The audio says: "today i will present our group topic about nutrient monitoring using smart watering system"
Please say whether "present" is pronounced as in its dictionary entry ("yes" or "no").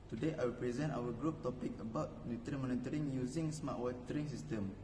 yes